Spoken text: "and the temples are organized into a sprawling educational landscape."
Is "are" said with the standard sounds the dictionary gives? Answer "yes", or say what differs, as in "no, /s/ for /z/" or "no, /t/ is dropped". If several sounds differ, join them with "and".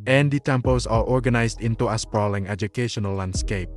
no, /l/ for /ɹ/